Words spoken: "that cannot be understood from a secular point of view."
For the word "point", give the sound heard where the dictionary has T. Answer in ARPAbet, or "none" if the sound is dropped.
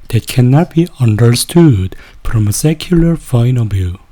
none